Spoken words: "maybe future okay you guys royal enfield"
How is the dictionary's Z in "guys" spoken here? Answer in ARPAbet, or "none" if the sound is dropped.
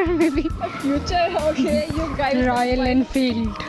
none